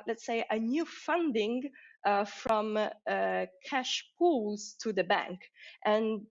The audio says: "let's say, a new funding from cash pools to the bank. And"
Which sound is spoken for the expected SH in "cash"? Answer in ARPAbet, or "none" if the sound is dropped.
SH